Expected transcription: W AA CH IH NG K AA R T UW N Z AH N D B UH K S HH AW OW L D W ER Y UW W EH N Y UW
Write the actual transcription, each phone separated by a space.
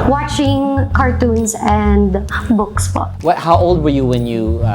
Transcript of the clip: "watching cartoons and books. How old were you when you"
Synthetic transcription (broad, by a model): W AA CH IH NG K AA R T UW N S AH N D B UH K S HH AW OW L D W ER Y UW W EH N Y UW